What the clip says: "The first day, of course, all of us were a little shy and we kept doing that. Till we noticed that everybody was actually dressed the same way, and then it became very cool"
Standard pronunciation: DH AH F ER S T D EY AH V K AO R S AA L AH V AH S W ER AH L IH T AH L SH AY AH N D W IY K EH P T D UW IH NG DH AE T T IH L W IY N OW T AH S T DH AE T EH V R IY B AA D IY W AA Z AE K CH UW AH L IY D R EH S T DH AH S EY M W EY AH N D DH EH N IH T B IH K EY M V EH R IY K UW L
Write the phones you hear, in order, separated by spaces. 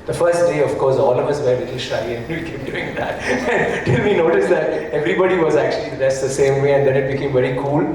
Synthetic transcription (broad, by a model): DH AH F ER S T D EY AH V K AO R S AA L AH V AH S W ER AH L IH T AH L SH AY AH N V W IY K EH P D UW IH NG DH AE T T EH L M IY N OW T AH S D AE T EH V R IY B AA D IY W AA Z AE K CH UW AH L IY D AE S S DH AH S EY M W EY AH N D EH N IH T B IH K EY M V EH R IY K UW L